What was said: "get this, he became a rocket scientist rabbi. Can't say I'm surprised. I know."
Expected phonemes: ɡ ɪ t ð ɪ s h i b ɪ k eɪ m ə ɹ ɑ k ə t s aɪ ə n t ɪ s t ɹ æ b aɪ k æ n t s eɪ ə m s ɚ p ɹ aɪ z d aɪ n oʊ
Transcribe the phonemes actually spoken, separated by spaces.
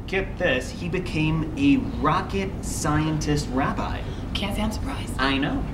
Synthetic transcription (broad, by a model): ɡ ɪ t ð ɪ s h i b ɪ k eɪ m ə ɹ ɑ k ə t s aɪ ə n t ɪ s t ɹ æ b aɪ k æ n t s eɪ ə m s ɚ p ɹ aɪ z aɪ n oʊ